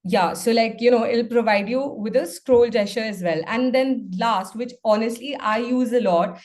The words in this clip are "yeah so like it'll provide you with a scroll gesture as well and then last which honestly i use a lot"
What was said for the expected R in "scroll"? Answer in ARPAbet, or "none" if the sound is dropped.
R